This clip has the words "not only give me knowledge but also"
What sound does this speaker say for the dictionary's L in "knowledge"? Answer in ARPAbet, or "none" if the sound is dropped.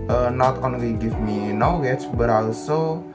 W